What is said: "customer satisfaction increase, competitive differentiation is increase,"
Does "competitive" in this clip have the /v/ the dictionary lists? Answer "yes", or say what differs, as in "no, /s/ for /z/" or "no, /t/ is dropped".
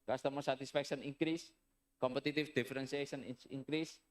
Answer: no, /f/ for /v/